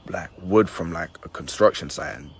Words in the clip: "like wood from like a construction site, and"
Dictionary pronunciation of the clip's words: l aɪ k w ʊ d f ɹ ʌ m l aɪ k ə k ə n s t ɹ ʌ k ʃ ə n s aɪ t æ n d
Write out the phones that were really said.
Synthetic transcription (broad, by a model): l aɪ k w ʊ d f ɹ ʌ m l aɪ k ə k ə n s t ɹ ʌ k ʃ ə n s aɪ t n